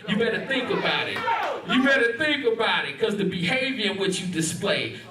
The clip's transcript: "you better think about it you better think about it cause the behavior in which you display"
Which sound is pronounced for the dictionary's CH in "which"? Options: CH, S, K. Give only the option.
CH